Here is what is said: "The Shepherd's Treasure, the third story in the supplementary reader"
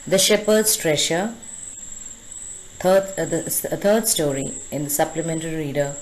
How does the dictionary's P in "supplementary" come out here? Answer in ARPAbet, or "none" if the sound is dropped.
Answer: P